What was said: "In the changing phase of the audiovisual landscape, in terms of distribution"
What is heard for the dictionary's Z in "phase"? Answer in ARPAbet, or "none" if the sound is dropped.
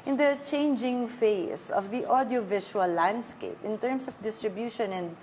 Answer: S